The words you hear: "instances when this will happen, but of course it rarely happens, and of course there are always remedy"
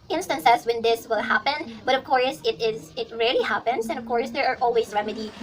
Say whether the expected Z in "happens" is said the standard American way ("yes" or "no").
no